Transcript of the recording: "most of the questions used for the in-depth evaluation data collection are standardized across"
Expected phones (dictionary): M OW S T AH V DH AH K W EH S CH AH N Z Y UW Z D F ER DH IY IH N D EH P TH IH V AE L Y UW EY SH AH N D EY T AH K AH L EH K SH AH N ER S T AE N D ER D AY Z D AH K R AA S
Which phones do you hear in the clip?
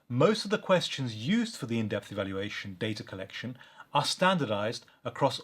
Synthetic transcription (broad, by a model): M OW S T AH V DH AH K W EH S CH AH N Z Y UW Z D F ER DH IY IH N D EH P TH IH V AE L Y UW EY SH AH N D EY T AH K AH L EH K SH AH N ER S T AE N D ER D AY Z D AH K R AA S